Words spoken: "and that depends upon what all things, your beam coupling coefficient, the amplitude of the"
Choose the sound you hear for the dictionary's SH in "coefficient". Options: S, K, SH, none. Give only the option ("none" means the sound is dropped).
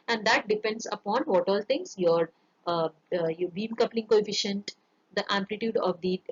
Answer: SH